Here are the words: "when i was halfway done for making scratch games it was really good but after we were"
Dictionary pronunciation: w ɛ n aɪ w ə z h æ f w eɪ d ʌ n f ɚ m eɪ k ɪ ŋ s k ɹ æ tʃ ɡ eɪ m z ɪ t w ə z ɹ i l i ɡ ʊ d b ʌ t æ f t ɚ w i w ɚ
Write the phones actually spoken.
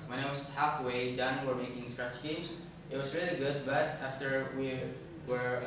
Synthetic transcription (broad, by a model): w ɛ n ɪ w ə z h æ f w eɪ d ʌ n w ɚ m eɪ k ɪ ŋ s k ɹ æ tʃ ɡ eɪ m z ɪ t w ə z ɹ i l i ɡ ʊ d b ʌ t æ f t ɚ w i w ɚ